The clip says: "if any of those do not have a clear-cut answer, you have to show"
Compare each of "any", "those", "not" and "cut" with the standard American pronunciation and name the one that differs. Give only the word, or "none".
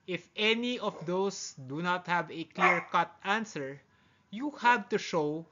those